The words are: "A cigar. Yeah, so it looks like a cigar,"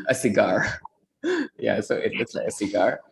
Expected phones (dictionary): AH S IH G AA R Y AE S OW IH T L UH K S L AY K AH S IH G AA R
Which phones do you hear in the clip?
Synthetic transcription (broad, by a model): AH S IH G AA R Y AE S OW IH T W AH S L AY K AH S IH G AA R